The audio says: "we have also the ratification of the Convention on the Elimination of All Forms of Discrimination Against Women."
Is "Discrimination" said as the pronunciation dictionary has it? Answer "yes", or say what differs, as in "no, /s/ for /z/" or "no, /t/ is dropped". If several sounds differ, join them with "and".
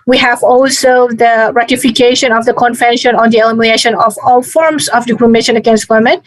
no, /s/ is dropped